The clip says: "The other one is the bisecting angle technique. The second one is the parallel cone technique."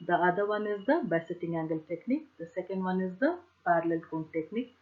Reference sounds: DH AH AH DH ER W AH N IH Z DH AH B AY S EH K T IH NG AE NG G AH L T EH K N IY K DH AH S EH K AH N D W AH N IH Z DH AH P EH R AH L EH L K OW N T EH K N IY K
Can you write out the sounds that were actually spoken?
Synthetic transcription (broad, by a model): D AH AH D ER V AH N IH Z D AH B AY S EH T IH NG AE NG G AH L T EH K N IY K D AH S EH K AH N D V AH N IH Z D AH P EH R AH L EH L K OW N T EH K N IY K